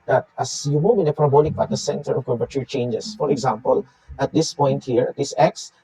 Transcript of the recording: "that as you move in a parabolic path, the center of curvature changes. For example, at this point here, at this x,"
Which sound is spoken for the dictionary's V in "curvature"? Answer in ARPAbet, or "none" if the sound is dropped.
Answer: P